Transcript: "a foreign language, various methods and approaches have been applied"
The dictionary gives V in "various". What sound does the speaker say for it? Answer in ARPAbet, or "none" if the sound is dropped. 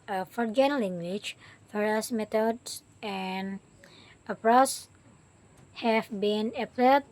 F